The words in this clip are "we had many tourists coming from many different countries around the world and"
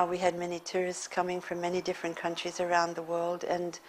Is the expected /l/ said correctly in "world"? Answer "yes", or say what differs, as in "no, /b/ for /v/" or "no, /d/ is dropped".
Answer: yes